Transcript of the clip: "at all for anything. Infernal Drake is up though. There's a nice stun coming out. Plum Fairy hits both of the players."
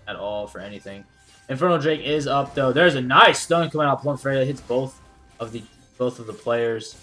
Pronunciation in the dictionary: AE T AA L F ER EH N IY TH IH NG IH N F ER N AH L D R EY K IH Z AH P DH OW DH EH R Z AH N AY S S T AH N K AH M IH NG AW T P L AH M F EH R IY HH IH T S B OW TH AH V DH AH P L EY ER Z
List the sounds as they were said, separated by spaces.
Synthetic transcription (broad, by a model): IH T AA L F ER EH N IY TH IH NG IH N F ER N L D R EY K IH Z AH P DH OW DH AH R Z AH N AY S S T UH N K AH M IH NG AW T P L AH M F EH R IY HH IH T S B OW TH AH V DH AH P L EY ER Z